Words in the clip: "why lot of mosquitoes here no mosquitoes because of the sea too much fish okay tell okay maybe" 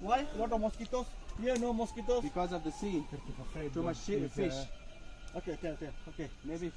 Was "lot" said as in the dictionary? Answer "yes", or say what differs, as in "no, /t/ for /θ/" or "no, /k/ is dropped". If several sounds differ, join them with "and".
no, /w/ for /l/